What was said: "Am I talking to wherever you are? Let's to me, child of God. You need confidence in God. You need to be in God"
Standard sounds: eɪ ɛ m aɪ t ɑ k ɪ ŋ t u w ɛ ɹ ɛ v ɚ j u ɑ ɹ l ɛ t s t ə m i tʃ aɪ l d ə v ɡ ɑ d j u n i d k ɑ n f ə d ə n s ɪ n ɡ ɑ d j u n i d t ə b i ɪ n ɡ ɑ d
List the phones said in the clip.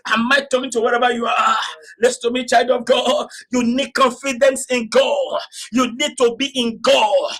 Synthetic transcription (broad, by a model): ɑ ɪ m aɪ t ɑ k ɪ ŋ t u w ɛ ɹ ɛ v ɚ j u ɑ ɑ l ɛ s t ə m i tʃ aɪ l d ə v ɡ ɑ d j u n i d k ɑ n f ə d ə n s ɪ n ɡ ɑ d j u n i d t ə b i ɪ n ɡ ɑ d